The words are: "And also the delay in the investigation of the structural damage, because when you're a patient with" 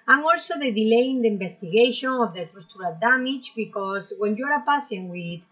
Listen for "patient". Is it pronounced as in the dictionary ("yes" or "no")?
no